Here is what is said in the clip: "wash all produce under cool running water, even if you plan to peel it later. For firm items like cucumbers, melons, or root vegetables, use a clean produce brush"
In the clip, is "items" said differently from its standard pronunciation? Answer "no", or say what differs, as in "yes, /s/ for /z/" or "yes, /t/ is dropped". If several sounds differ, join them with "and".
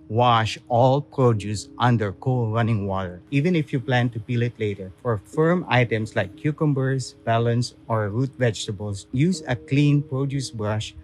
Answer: yes, /s/ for /z/